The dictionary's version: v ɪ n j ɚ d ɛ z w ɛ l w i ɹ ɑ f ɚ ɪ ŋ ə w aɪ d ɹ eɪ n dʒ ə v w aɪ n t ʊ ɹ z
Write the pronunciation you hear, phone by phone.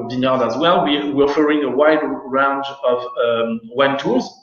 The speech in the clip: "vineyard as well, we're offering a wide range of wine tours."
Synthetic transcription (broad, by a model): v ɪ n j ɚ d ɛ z w ɛ l w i w ɑ f ɚ ɪ ŋ ə w aɪ d ɹ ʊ n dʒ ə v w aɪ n t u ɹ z